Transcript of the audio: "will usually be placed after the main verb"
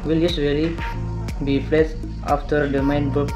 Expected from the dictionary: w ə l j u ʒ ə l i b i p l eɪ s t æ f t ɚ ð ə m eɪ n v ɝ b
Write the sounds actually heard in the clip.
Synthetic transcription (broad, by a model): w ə l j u s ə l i b i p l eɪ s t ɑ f t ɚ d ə m eɪ n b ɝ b